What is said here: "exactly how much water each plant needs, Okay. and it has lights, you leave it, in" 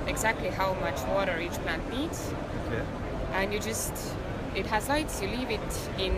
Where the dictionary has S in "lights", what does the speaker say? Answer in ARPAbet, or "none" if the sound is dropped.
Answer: S